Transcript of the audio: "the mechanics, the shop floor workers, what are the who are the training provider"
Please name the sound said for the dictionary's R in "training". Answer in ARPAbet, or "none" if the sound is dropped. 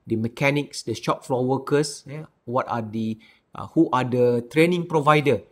R